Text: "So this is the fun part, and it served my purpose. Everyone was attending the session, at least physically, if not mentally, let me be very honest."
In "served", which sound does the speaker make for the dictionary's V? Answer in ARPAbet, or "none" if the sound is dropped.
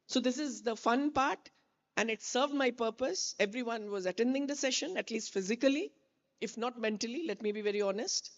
V